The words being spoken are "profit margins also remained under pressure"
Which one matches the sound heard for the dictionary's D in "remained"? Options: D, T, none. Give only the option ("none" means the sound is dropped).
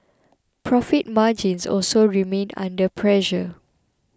none